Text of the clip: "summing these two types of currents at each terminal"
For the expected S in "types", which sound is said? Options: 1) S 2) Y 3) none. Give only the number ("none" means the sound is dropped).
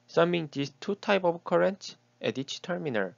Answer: 3